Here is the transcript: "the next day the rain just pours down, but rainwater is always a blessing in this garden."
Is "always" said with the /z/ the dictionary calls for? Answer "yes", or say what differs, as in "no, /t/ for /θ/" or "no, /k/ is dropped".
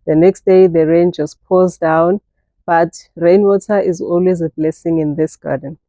yes